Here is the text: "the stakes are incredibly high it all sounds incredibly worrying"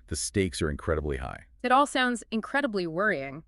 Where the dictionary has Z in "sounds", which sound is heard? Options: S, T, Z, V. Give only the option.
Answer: Z